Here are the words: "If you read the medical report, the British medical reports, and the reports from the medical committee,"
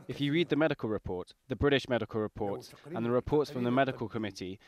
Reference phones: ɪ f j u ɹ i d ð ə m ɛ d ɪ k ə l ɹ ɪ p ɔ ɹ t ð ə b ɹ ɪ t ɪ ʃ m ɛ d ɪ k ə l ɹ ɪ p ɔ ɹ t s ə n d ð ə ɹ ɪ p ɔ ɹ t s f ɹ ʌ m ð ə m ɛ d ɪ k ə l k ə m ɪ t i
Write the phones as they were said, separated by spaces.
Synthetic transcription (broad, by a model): ɪ f j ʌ ɹ i d ð ə m ɛ d ɪ k ə l ɹ ɪ p ɔ t ð ə b ɹ ɪ t ɪ ʃ m ɛ d ɪ k ə l ɹ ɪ p ɔ t s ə n ð ə ɹ ɪ p ɔ t s f ɹ ʌ m ð ə m ɛ d ɪ k ə l k ə m ɪ t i